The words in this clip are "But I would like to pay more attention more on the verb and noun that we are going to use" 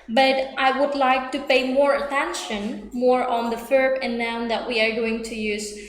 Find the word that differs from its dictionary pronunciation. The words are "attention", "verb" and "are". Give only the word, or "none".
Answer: verb